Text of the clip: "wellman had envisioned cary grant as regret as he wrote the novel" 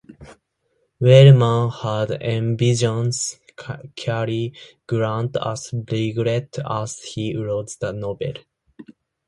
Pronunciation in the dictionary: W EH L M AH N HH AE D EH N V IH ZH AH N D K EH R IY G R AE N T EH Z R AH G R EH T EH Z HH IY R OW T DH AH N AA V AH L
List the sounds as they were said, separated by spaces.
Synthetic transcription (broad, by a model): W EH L M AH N HH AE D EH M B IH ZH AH N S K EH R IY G R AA N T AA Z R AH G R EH T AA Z HH IY R OW T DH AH N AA B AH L